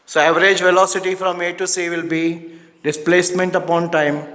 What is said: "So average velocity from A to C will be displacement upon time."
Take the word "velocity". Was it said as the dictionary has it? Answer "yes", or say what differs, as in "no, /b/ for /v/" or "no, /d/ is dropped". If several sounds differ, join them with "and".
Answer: yes